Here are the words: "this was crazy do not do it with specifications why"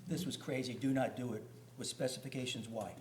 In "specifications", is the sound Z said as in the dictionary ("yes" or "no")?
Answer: yes